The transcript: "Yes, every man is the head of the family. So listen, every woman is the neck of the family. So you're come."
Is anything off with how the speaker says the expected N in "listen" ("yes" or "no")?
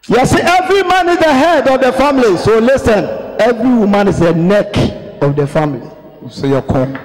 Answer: no